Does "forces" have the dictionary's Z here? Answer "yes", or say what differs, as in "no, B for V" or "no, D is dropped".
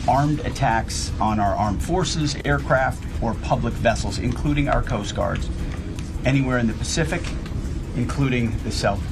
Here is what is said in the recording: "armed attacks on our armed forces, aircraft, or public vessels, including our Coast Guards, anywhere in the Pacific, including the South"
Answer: yes